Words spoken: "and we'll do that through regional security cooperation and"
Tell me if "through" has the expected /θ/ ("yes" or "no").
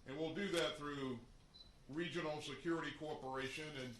yes